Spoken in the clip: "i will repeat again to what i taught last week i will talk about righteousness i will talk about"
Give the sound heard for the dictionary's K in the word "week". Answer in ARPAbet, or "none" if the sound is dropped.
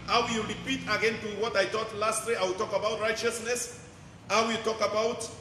none